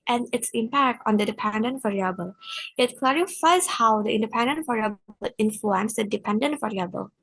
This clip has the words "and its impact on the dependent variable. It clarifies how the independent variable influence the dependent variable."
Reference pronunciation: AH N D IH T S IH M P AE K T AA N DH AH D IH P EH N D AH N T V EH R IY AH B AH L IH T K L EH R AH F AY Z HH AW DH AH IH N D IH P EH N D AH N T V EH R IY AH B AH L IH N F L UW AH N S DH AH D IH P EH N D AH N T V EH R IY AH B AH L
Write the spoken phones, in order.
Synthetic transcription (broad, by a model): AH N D IH T S IH M P AE K T AA N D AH D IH P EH N D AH N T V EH R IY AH B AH L IH T K L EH R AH F AY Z HH AW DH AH IH N D IH P EH N D AH N T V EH R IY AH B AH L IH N F L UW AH N S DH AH D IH P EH N D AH N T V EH R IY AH B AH L